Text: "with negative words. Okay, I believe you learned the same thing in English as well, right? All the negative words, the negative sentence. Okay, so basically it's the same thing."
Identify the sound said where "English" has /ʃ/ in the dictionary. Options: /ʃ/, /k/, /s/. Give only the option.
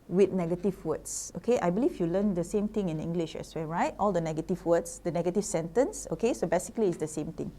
/ʃ/